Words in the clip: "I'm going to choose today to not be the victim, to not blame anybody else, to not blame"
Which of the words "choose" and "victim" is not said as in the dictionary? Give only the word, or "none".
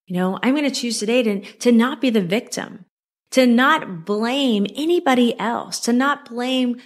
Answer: none